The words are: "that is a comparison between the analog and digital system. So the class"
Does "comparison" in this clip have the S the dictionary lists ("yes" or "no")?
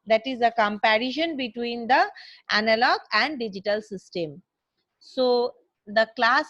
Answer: no